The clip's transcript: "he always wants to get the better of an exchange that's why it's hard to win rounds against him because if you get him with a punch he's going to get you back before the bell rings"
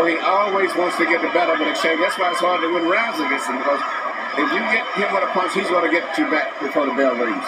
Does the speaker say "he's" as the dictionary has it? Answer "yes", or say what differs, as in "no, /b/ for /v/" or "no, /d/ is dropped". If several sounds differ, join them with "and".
yes